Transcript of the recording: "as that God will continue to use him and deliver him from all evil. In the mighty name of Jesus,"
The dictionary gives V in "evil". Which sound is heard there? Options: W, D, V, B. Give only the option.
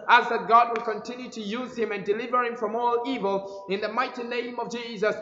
V